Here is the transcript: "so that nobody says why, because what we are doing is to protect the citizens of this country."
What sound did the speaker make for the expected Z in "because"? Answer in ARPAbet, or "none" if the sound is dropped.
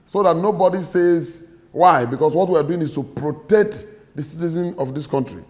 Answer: S